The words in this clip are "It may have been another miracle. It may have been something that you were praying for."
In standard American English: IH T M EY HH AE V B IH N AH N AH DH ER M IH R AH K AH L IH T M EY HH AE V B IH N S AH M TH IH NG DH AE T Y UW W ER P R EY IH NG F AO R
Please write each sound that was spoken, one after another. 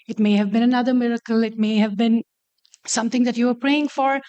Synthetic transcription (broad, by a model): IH T M EY HH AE V B IH N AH N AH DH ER M IH R AH K AH L IH T M EY HH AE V B IH N S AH M T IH NG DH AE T Y UW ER P R EY IH NG F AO R